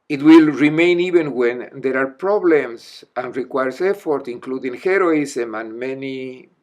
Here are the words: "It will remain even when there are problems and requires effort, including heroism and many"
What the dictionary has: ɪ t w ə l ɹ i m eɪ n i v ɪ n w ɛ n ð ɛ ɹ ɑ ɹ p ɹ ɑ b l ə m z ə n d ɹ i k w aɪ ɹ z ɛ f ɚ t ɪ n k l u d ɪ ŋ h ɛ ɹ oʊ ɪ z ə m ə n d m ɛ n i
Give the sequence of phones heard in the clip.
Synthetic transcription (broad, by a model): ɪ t w ə l ɹ i m eɪ n i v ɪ n w ɛ n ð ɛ ɹ ɑ ɹ p ɹ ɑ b l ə m s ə n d ɹ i k w aɪ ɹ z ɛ f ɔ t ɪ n k l u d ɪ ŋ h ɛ ɹ oʊ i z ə m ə n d m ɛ n i